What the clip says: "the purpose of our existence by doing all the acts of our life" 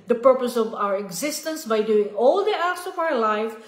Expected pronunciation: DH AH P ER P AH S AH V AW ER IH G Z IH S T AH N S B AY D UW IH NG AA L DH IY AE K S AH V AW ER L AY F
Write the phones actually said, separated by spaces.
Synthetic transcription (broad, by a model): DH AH P ER P AH S AH V AW ER IH G Z IH S T AH N S B AY D UW IH NG AA L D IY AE S AH V AW ER L AY F